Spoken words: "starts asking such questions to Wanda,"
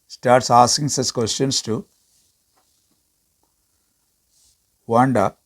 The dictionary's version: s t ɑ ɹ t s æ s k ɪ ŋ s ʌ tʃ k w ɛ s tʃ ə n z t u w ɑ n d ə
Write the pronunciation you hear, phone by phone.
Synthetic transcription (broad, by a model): s t ɑ ɹ t s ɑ s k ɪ ŋ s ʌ s k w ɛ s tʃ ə n s t u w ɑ n d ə